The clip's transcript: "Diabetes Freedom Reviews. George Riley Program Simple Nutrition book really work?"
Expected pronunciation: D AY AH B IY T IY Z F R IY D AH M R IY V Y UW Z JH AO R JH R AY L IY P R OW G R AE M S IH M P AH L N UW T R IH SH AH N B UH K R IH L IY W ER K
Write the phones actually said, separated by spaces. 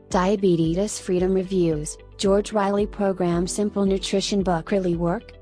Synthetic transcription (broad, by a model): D AY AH B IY T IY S F R IY D AH M R IY V Y UW Z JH AO R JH R AY L IY P R OW G R AE M S IH M P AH L N UW T R IH SH AH N B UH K R IH L IY W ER K